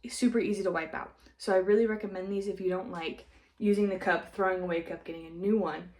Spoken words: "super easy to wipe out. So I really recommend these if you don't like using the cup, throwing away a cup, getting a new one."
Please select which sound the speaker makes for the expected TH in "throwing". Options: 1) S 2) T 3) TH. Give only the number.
3